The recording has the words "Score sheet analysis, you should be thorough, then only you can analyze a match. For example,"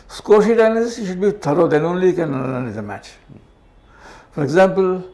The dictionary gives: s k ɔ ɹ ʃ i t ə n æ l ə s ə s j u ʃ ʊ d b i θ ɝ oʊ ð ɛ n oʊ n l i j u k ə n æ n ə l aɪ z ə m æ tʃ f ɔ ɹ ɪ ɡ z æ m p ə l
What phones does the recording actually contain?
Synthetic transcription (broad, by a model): s k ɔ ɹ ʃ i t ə ɪ n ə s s j u ʃ ʊ d b i t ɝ oʊ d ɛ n oʊ n l i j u k ə n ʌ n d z ə m æ tʃ f ɔ ɹ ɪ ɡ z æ m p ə l